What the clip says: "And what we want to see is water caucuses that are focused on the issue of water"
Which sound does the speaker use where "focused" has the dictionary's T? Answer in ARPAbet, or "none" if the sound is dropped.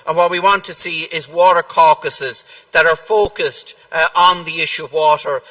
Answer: T